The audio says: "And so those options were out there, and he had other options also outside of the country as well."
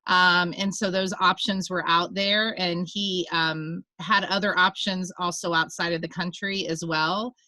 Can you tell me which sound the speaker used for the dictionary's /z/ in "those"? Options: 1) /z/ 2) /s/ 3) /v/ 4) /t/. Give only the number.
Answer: 1